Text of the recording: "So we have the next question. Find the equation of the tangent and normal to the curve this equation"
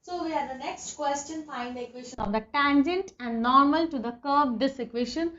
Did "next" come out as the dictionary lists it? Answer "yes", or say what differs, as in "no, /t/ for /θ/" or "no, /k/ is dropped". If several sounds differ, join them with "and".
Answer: yes